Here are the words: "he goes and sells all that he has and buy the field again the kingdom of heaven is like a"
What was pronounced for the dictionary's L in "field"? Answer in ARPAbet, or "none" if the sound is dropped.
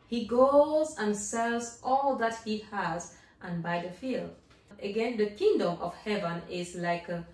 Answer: L